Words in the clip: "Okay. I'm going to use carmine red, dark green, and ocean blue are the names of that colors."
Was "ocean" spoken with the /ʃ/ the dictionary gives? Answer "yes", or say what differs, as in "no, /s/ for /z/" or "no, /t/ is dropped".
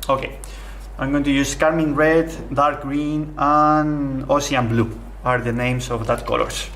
no, /ʃ/ is dropped